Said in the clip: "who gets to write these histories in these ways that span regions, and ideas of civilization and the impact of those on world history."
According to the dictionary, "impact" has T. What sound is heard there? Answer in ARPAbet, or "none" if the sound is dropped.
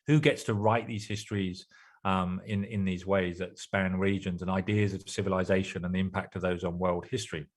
T